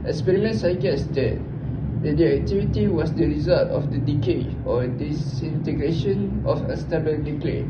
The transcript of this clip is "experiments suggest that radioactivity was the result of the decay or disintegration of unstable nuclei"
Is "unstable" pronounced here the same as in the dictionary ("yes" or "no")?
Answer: no